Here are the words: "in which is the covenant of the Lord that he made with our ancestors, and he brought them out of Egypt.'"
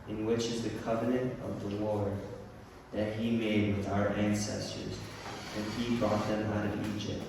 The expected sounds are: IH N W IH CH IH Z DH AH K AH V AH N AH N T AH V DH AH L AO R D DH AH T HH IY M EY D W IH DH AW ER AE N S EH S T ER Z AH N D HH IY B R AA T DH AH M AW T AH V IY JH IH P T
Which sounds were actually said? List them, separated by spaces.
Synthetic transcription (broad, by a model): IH N W IH CH IH Z DH AH K AH V AH N AH N T AH V DH AH W AO R DH AH T HH IY M EY D W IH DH AW ER AE N S EH S T ER Z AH N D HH IY B R AA T DH AH M AW T AH V IY JH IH P T